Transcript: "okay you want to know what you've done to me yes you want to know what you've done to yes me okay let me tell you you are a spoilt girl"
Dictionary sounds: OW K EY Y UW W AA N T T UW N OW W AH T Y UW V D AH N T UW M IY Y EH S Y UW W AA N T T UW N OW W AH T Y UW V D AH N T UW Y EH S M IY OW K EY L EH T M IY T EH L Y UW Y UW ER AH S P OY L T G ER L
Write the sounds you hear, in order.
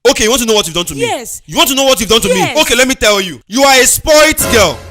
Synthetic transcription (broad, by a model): OW K EY Y UW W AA N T T UW N OW W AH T Y UW V D AH N T UW M IY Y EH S Y UW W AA N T T UW N OW W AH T Y UW V D AH N T UW M IY OW K EY L EH T M IY T EH L Y UW Y UW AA AH S P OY T G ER L